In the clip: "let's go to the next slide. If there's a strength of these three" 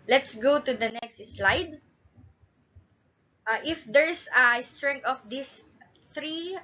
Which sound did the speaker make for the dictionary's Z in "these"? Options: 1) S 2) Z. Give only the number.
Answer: 1